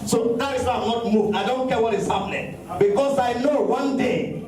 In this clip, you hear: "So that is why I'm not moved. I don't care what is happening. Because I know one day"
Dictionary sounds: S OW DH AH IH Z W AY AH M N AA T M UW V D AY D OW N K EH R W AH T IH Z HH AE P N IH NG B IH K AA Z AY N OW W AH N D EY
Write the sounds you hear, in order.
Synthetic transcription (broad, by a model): S OW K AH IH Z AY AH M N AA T M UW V AY D OW N K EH W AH T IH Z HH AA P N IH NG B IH K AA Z AY N OW W AH N D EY